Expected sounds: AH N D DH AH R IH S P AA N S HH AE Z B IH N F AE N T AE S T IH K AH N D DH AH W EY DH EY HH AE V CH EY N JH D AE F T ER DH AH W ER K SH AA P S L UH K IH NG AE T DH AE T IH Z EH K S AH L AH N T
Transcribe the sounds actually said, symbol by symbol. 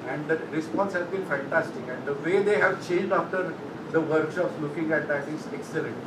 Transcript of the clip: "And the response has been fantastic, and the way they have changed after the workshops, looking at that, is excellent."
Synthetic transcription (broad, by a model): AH N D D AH R IH S P AA N S HH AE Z B IH N F AE N T AE S T IH K AH N D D AH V EY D EY HH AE V CH EY N JH D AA F T ER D AH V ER K SH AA P S L UH K IH NG AE T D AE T IH Z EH K S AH L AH N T